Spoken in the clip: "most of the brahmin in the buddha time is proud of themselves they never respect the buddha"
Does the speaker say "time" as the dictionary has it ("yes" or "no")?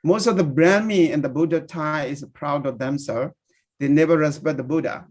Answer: no